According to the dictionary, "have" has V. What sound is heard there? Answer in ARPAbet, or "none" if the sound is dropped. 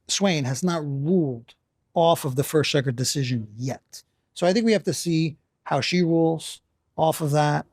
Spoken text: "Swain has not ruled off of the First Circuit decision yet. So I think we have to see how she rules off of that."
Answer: F